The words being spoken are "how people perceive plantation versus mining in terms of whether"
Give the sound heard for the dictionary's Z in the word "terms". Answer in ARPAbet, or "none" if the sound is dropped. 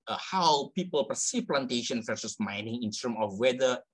none